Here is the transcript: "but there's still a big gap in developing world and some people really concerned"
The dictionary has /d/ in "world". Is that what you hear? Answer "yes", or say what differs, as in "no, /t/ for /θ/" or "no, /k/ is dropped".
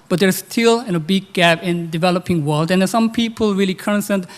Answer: yes